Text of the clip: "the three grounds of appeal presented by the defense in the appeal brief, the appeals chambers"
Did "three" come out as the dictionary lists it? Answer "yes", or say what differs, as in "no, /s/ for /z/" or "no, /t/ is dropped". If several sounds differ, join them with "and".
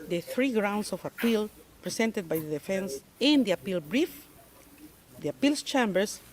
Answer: yes